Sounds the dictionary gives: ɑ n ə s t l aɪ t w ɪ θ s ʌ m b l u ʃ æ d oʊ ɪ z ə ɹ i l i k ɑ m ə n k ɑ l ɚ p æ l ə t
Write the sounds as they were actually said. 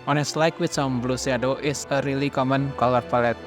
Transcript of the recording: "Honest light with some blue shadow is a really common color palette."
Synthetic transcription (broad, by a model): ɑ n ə s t l aɪ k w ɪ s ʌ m b l u s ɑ d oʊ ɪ s ə ɹ i l i k ɑ m ə n k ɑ l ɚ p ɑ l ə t